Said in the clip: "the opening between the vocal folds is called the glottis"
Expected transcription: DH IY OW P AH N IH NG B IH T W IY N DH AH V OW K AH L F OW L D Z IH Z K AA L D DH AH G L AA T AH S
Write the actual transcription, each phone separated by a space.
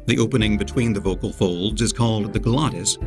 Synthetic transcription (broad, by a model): DH IY OW P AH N IH NG B IH T W IY N DH AH V OW K AH L F OW L D Z IH Z K AA L D DH AH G L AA T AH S